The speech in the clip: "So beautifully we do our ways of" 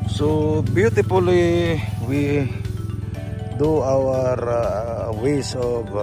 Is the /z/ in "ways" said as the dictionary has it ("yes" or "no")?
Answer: no